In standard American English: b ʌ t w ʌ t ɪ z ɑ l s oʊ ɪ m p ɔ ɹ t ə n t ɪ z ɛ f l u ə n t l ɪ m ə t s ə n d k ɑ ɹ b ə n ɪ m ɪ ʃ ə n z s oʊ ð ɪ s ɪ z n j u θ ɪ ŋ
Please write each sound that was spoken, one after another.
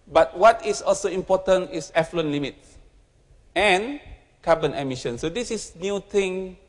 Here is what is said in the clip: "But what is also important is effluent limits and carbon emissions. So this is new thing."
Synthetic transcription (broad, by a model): b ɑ t w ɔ t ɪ s ɑ l s oʊ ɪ m p ɔ t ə n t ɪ s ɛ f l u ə n l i m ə t s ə n k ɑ b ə n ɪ m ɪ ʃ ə n s oʊ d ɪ s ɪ s n j u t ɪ ŋ